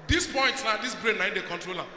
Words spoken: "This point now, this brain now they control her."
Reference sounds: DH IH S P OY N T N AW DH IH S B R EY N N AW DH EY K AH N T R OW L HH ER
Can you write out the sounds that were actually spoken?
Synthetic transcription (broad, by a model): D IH S P OY N T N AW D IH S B R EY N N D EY K AH N T R OW L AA